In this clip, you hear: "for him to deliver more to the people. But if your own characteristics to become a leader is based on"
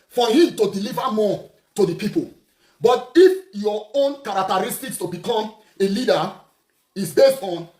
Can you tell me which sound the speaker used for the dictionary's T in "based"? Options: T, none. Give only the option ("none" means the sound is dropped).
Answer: none